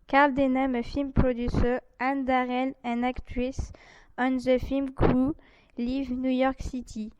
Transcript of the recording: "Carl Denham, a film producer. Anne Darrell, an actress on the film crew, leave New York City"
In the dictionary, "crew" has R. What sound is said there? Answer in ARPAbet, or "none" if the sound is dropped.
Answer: none